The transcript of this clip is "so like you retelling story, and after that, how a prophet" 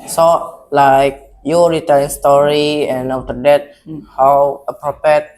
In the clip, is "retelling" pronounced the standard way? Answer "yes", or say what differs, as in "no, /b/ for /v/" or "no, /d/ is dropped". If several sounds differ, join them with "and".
no, /l/ is dropped